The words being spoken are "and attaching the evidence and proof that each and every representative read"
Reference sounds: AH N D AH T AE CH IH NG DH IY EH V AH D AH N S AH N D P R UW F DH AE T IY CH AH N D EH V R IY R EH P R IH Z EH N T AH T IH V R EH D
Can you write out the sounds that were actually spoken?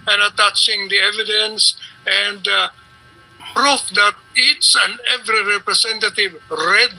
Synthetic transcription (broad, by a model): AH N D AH T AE CH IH NG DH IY EH V AH D AH N S AH N D P R UW F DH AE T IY S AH N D EH V R IY R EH P R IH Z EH N T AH T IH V R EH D